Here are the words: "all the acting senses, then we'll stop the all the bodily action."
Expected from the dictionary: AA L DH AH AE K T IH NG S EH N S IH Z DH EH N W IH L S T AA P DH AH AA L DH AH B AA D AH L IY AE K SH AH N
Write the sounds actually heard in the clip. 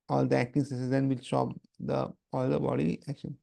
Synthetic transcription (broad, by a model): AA L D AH AE K T IH NG S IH S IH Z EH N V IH L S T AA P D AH AA L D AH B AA D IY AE K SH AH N